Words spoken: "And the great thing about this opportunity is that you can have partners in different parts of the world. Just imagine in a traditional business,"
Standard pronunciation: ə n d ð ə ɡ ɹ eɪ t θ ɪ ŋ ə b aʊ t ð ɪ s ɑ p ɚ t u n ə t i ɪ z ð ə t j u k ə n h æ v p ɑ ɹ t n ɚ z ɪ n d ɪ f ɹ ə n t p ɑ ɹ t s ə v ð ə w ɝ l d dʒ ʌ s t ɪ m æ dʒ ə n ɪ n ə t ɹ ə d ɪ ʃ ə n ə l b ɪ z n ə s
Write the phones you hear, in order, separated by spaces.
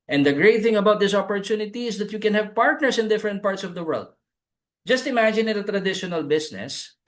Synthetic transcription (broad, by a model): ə n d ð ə ɡ ɹ eɪ t θ ɪ ŋ ə b aʊ t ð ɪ s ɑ p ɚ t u n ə t i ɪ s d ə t j u k ə n h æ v p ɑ ɹ t n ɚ s ɪ n d ɪ f ɹ ə n t p ɑ ɹ t s ə v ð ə w ɝ l d dʒ ʌ s t ɪ m æ dʒ ə n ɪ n ə t ɹ ə d ɪ ʃ ə n ə l b ɪ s n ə s